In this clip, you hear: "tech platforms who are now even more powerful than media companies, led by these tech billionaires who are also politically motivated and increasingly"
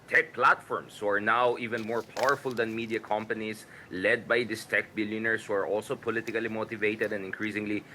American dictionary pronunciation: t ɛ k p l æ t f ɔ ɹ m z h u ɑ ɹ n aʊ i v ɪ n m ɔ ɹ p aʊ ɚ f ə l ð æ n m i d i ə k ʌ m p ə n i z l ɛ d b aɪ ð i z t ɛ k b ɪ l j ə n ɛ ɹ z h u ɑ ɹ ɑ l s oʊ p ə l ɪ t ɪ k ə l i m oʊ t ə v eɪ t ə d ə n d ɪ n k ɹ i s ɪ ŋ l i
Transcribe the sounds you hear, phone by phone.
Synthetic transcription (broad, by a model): t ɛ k p l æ t f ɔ ɹ m s h u ɑ ɹ n aʊ i v ɪ n m ɔ ɹ p aʊ ɚ f ə l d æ n m i d i ə k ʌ m p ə n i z l ɛ d b aɪ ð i s t ɛ k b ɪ l j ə n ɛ ɹ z h u ɑ ɹ ɑ l s oʊ p ə l ɪ t ɪ k ə l i m oʊ t ə v eɪ t ə d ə n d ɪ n k ɹ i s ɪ ŋ l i